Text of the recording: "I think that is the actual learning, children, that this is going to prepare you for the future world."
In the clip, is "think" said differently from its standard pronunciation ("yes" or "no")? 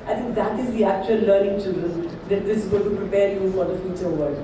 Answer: yes